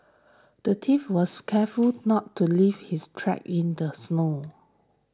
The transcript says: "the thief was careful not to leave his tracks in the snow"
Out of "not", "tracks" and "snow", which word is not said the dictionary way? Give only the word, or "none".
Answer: tracks